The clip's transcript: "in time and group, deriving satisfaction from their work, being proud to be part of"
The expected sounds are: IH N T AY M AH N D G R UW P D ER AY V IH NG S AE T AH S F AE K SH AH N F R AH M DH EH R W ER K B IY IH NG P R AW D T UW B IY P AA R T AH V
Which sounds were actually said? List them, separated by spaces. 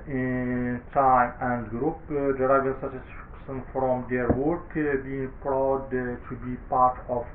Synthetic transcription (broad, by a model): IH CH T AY AH N D G R UW P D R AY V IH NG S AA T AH S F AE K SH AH N F R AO M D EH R W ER K B IY IH NG P R AW D T UW B IY P AA R T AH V